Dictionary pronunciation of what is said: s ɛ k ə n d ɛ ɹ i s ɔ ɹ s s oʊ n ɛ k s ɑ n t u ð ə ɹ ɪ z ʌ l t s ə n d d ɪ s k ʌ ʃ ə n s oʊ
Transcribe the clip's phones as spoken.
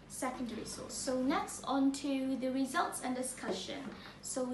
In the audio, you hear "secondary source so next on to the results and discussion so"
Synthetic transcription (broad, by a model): s ɛ k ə n d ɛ ɹ i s ɔ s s oʊ n ɛ k s ɑ n t u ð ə ɹ ɪ z ʌ l t s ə n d d ɪ s k ʌ ʃ ə n s oʊ